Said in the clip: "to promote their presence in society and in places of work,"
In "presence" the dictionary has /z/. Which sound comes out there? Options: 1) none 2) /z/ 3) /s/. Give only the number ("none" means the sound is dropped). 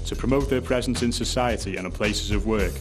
2